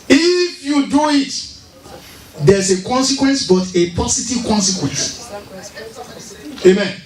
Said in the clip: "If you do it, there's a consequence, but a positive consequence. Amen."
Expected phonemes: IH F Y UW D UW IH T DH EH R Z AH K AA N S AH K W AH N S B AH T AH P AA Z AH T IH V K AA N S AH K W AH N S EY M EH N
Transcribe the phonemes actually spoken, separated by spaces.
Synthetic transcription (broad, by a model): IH F Y UW D UW IH T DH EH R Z AH K AA N S AH K W AH N S B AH T AH P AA S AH T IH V K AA N S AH K W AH N S EY M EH N